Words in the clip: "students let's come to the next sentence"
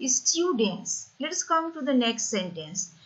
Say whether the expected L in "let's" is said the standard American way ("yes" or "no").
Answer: yes